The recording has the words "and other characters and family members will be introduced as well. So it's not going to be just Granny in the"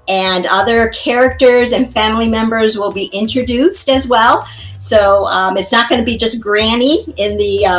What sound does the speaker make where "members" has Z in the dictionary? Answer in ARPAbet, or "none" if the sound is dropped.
Z